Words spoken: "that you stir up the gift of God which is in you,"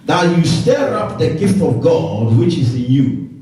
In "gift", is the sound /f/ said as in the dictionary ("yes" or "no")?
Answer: yes